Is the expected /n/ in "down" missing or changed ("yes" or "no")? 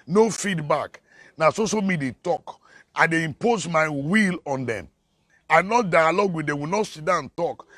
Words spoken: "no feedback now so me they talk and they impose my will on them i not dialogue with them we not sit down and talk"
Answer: yes